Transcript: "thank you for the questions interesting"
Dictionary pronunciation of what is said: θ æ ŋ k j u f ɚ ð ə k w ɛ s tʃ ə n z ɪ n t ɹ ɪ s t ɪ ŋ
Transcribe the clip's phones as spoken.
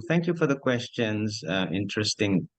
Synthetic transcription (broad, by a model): θ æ ŋ k j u f ɚ ð ə k w ɛ s tʃ ə n z ɪ n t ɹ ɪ s t ɪ ŋ